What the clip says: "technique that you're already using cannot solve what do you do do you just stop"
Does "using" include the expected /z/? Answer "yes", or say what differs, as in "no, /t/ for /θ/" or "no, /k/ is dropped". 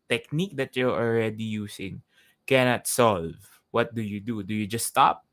no, /s/ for /z/